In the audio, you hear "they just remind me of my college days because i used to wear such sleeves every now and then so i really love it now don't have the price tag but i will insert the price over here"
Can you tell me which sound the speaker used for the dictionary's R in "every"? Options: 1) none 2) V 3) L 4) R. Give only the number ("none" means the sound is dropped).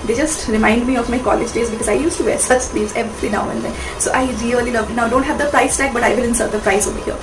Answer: 3